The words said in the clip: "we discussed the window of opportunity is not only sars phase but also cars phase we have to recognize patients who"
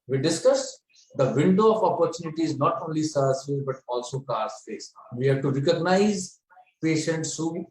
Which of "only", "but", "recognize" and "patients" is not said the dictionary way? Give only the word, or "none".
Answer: none